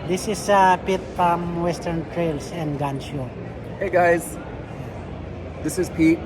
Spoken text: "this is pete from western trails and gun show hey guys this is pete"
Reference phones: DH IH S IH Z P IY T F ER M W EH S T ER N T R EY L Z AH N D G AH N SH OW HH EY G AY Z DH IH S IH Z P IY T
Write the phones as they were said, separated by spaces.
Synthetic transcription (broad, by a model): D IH S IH S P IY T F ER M W EH S T ER N T R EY L S AH N D G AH N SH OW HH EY G AY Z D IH S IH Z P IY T